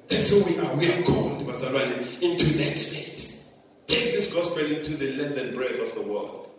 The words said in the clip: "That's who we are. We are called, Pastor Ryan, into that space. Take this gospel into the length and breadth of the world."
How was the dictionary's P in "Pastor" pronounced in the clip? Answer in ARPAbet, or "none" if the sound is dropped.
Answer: B